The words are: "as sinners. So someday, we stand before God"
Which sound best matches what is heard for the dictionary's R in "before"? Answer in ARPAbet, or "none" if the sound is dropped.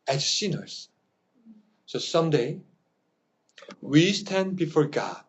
R